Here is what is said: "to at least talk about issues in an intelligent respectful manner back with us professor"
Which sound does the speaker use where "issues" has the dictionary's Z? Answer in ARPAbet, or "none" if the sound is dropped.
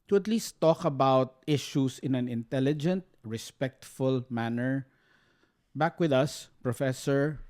S